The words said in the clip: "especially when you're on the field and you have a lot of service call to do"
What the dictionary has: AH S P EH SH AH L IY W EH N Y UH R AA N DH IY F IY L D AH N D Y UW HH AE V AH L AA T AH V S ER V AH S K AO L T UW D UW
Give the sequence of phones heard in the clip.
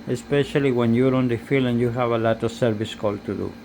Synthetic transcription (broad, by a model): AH S P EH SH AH L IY W EH N Y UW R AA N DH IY F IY L AH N Y UW HH AE V AH L AA T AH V S ER V AH S K AO L T UW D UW